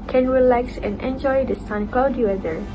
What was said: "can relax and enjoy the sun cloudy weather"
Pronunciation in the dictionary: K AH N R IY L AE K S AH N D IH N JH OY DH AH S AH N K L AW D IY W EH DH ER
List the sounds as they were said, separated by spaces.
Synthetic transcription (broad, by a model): K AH N R IY L AE K S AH N IH N JH OY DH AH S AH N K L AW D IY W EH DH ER